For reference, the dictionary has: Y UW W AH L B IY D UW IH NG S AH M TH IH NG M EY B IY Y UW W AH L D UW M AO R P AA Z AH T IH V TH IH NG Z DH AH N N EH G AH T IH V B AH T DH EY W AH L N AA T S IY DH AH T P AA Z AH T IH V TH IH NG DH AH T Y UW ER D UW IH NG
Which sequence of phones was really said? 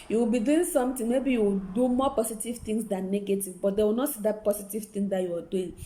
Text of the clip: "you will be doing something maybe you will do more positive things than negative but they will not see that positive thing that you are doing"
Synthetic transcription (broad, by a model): Y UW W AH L B IY D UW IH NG S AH M T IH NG M EY B IY Y UW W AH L D UW M AO P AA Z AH T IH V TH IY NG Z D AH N N EH G AH T IH V B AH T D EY W AH L N AA T S IY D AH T P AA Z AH T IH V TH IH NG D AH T Y UW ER D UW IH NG